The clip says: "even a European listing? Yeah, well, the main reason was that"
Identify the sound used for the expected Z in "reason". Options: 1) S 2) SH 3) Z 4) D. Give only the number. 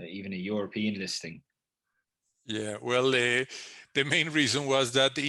3